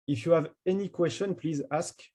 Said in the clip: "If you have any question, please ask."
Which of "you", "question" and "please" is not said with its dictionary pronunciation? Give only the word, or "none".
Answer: none